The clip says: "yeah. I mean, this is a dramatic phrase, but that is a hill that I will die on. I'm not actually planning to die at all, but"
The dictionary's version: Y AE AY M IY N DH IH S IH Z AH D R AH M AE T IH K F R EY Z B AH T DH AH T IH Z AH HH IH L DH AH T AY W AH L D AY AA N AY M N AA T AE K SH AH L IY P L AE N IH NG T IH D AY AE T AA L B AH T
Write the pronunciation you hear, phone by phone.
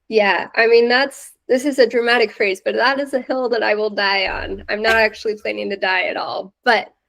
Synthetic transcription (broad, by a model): Y AE AY M IY N DH IH S IH Z AH D R AH M AE T IH K F R EY Z B AH T DH AH T IH Z AH HH IH L DH AH T AY W AH L D AY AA N AY M N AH T AE K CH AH L IY P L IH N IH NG T IH D AY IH T AA L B AH T